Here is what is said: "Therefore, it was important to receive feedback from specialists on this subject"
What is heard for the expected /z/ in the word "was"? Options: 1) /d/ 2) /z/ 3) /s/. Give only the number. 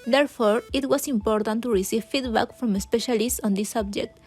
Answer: 3